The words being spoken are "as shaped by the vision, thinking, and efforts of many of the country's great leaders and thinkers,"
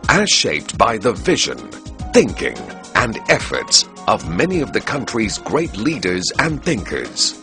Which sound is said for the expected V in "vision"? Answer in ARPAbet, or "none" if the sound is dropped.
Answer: V